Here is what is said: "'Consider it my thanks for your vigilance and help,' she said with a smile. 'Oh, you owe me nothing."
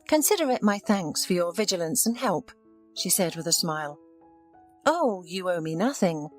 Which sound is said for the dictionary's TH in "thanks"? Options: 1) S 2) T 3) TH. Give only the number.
3